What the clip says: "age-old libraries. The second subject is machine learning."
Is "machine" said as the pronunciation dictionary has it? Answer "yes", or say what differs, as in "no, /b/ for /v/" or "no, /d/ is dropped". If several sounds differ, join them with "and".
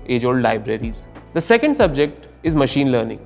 yes